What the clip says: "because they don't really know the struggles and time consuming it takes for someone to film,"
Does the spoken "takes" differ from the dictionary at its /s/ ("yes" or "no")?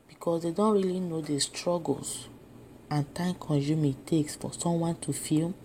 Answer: no